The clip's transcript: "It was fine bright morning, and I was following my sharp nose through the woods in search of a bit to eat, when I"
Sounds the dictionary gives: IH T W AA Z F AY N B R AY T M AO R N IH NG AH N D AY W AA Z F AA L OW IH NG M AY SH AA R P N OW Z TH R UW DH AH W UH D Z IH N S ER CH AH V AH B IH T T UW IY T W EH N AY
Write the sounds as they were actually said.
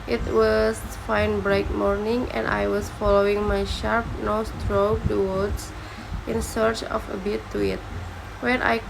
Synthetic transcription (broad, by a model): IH T W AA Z F AY N B R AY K M AO R N IH NG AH N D AY W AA S F AA L OW IH NG M AY SH AA R P N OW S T R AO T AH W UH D S IH N S ER CH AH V AH B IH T T UW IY T W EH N AY